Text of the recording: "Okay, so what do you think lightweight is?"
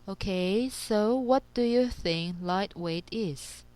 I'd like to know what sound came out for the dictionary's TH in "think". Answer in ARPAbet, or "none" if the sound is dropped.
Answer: TH